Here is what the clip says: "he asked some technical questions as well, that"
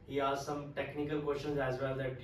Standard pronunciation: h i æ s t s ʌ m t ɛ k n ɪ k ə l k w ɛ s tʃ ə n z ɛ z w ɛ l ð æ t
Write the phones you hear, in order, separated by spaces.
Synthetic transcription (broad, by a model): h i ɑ t s ʌ m t ɛ k n ɪ k ə l k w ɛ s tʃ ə n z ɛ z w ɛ l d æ t